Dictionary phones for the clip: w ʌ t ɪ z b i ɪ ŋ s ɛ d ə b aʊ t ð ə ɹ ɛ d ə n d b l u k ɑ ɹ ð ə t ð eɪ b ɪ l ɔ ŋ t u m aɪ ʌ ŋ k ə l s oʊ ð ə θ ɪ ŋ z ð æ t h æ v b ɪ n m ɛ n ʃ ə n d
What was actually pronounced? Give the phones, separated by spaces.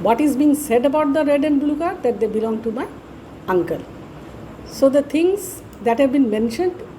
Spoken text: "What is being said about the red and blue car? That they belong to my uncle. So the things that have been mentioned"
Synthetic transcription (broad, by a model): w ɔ t ɪ z b i ŋ s ɛ d ə b aʊ t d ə ɹ ɛ d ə n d b l u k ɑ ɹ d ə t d eɪ b ɪ l ɔ ŋ t u m aɪ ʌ ŋ k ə l s oʊ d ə t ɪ ŋ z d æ t h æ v b ɪ n m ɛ n ʃ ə n d